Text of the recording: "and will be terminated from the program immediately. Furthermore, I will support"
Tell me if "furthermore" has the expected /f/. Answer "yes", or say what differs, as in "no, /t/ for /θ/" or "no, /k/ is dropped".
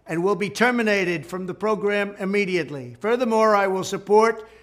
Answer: yes